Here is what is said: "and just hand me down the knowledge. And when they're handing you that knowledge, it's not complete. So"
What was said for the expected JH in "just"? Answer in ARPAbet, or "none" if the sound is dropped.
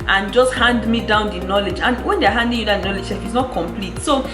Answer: JH